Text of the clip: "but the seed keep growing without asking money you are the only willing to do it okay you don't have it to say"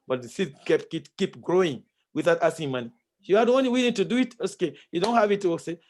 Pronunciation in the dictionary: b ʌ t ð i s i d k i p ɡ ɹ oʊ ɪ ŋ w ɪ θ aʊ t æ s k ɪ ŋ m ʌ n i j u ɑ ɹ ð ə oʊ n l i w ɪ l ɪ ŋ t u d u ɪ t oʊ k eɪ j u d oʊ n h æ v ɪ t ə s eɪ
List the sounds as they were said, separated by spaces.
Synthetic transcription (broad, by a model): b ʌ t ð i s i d k i p ɡ ɹ oʊ ɪ ŋ w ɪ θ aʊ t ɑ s ɪ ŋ m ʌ n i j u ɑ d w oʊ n i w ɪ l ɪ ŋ t u d u ɪ t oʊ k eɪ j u d oʊ n h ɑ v ɪ t ə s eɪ